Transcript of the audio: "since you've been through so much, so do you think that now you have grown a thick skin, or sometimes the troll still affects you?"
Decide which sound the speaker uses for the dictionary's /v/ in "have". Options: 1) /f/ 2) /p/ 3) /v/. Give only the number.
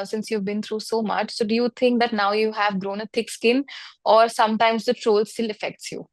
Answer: 3